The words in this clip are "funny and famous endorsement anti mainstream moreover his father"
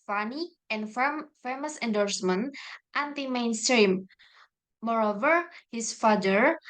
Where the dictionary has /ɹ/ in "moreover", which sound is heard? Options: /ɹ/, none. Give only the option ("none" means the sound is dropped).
/ɹ/